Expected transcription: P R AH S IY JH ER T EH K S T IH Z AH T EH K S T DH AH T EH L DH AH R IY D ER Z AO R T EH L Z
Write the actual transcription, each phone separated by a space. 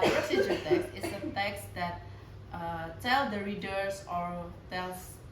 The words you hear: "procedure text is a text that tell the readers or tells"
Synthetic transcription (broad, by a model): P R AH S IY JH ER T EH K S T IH S AH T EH K S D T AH T EH L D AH R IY D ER S AO R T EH L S